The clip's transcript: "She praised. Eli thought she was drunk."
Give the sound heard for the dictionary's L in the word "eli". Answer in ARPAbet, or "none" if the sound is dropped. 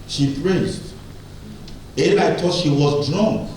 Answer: N